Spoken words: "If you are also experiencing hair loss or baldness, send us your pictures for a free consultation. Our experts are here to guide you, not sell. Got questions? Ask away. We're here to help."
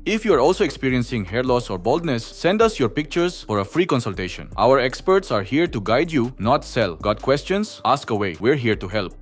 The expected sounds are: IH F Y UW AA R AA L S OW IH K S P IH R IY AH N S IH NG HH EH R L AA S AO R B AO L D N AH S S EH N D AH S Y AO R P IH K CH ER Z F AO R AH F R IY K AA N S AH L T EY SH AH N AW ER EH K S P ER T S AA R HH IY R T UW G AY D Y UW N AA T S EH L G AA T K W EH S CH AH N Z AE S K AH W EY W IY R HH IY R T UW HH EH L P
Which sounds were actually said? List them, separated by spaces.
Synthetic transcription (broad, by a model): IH F Y UW AA R AA L S OW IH K S P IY R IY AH N S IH NG HH EH R L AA S AO R B AO L D N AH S S EH N D AH S Y AO R P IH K CH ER S F AO R AH F R IY K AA N S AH L T EY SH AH N AW ER EH K S P ER T S AA R HH IY R T UW G AY D Y UW N AA T S EH L G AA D K W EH S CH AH N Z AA S K AH W EY W IY R HH IY R T UW HH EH L P